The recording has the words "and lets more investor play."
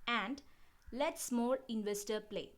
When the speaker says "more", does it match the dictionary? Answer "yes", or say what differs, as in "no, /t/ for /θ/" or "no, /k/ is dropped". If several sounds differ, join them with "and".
no, /l/ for /ɹ/